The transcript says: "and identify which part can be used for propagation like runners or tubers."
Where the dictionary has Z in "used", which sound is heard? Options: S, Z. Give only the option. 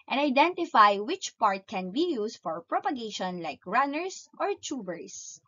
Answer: S